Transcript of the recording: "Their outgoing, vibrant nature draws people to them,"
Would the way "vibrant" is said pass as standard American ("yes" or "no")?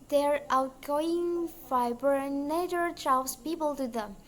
no